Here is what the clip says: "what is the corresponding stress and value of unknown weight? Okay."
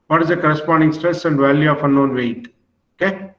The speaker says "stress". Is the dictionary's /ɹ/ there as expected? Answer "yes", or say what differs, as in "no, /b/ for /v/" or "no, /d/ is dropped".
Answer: yes